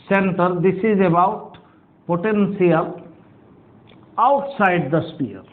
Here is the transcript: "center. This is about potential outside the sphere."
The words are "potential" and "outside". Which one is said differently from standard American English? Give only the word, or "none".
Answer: potential